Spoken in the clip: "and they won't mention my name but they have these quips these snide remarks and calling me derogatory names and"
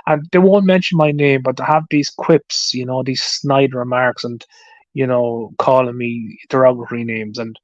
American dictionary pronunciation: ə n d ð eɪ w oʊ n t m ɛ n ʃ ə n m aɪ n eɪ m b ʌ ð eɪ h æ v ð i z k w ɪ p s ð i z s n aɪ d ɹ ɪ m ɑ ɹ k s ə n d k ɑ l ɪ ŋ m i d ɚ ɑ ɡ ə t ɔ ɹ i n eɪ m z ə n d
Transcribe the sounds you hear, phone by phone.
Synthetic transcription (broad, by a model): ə n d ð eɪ w oʊ n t m ɛ n ʃ ə n m aɪ n eɪ m b ʌ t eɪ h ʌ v ð i z k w ɪ p s ð i z s n aɪ d ɹ ɪ m ɑ ɹ k s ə n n k ɑ l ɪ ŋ m i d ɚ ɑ ɡ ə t ɹ i n eɪ m z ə n